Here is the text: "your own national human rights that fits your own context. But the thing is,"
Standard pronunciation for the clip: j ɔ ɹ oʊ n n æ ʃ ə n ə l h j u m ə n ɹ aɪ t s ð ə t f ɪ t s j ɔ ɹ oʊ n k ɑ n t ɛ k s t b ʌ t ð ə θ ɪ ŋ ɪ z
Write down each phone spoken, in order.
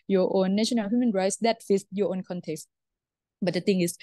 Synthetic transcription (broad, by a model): j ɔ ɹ oʊ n n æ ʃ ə n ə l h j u m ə n ɹ aɪ t s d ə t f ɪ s j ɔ oʊ n k ɑ n t ɛ k s t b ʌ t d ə t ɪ ŋ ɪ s